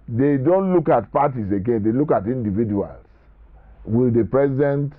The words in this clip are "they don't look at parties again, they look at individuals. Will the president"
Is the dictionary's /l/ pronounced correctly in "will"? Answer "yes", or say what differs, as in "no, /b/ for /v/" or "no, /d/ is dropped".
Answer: yes